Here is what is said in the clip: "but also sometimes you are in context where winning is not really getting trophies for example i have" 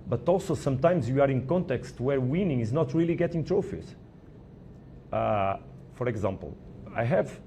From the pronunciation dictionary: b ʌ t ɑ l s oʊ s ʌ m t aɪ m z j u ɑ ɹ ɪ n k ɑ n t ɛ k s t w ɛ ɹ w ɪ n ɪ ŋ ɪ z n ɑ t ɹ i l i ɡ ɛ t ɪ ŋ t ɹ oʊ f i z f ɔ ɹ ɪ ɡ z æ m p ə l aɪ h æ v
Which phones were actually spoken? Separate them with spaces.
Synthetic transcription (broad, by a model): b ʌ t ɑ l s oʊ s ʌ m t aɪ m z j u ɑ ɹ ɪ n k ɑ n t ɛ k s t w ɛ ɹ w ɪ n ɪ ŋ ɪ z n ɑ t ɹ i l i ɡ ɛ t ɪ ŋ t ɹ oʊ f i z f ɔ ɹ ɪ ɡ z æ m p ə l aɪ h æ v